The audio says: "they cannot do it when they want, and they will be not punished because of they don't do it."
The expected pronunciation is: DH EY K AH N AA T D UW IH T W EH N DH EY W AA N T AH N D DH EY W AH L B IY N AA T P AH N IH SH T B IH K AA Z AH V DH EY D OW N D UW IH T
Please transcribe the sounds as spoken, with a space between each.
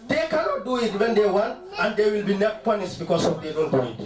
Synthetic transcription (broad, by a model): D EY K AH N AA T D UW IH T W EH N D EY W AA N AH N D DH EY W AH L B IY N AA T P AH N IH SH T B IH K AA S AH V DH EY D OW N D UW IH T